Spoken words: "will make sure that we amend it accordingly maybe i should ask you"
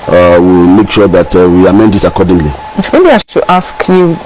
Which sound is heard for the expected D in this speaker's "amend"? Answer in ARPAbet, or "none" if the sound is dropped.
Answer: D